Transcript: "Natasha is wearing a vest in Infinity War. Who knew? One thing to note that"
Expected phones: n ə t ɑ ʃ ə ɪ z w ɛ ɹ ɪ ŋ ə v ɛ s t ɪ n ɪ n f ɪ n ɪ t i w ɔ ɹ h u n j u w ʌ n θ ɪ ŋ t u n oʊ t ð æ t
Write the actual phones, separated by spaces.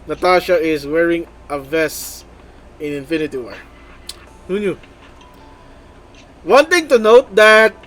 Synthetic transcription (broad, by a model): n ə t ɑ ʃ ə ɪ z w ɛ ɹ ɪ ŋ ə v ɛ s ɪ n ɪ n f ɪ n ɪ t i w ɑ h u n j u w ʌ n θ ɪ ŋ t u n oʊ t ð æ t